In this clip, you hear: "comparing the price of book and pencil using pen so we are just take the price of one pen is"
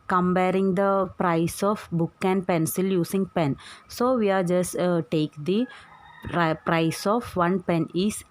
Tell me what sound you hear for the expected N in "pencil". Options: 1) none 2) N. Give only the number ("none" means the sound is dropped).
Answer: 2